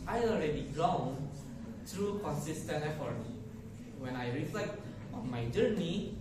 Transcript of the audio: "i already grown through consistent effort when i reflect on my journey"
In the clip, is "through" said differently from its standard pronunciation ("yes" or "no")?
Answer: yes